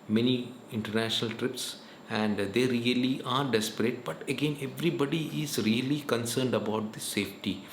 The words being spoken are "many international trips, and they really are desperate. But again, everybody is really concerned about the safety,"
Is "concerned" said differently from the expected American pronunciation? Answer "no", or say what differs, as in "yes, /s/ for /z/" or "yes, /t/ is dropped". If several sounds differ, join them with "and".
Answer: no